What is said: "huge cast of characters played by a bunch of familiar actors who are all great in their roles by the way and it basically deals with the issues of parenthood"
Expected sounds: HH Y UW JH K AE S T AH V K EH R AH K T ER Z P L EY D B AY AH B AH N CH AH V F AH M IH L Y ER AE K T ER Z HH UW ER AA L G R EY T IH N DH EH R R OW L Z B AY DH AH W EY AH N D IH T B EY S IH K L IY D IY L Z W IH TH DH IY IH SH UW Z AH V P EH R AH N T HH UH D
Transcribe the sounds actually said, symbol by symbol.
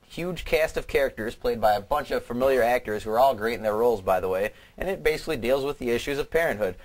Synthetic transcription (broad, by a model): HH Y UW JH K AE S T AH V K EH R AH K T ER Z P L EY D B AY AH B AH N CH AH V F AH M IH L Y ER AE K T ER Z HH UW ER AA L G R EY T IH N DH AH R R OW L Z B AY DH AH W EY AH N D IH T B EY S IH K L IY D IY L Z W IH DH IY IH SH UW Z AH V P EH R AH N T HH UH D